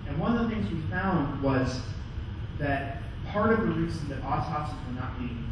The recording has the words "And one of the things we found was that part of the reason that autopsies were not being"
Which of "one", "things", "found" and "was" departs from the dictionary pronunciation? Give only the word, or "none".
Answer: none